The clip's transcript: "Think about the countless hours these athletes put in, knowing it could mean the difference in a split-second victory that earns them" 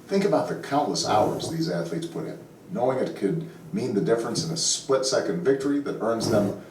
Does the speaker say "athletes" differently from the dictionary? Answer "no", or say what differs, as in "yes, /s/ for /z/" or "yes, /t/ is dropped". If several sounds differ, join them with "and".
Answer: no